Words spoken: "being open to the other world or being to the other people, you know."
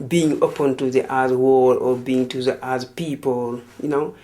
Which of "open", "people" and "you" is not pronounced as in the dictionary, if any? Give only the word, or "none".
none